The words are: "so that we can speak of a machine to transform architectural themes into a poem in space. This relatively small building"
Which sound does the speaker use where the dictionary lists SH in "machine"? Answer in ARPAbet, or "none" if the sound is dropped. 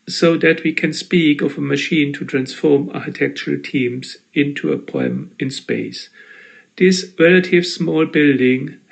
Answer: SH